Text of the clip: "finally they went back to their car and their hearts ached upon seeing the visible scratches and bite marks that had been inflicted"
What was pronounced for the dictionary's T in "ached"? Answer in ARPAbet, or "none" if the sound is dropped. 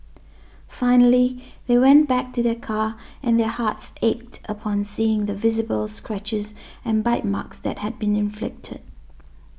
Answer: T